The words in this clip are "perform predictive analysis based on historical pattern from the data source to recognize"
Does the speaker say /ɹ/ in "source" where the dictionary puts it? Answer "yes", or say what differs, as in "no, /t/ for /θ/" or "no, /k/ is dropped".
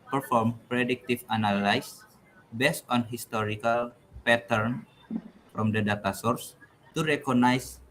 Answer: yes